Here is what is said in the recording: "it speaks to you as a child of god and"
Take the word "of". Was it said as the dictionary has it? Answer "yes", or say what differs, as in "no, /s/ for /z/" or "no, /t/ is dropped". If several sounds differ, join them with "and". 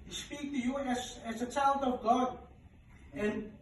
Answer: yes